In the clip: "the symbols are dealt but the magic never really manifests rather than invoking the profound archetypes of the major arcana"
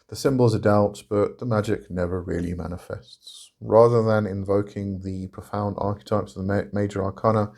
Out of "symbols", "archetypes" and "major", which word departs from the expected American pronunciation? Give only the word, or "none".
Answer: none